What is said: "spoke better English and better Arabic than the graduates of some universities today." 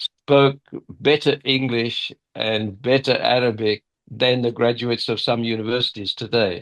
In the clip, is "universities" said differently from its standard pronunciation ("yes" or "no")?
no